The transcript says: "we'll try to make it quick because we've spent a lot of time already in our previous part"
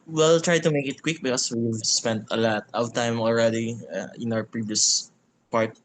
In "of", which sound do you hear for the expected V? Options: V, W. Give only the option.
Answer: W